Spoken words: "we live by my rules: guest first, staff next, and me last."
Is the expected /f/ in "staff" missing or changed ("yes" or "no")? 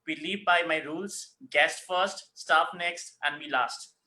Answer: yes